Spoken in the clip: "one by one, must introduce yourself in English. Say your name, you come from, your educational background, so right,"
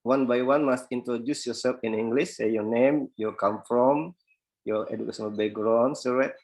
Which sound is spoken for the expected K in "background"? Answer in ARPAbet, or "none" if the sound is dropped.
none